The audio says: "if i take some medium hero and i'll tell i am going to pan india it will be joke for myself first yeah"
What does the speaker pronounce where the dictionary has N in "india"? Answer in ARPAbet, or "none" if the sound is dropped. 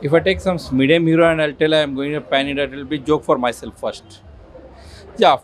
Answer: none